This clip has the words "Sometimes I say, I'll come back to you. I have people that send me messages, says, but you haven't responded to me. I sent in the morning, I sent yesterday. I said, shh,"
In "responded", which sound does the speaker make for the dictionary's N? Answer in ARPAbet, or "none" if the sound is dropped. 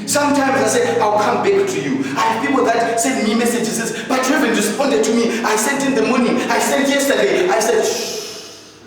N